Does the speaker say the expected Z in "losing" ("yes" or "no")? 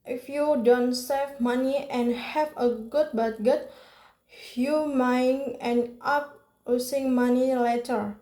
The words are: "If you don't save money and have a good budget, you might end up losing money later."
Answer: no